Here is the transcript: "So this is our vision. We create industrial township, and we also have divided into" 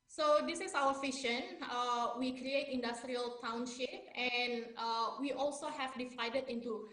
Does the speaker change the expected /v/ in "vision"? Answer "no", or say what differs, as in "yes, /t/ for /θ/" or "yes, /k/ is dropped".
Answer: yes, /f/ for /v/